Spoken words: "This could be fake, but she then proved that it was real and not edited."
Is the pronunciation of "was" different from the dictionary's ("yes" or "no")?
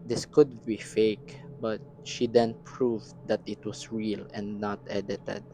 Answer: yes